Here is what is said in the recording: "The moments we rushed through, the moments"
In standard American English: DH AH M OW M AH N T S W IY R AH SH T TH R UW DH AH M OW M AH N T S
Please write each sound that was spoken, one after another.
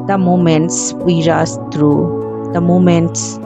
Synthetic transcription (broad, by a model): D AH M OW M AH N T S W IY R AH S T R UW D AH M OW M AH N T S